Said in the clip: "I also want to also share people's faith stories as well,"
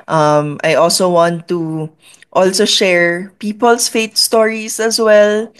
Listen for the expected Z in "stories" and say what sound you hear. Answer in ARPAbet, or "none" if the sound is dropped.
S